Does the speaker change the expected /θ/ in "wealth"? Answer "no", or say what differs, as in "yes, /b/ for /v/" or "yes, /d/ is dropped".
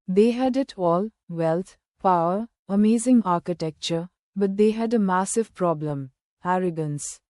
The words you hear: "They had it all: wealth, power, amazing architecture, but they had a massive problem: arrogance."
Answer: yes, /t/ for /θ/